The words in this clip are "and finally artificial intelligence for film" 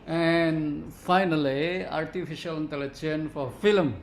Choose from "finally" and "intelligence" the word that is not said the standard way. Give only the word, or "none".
intelligence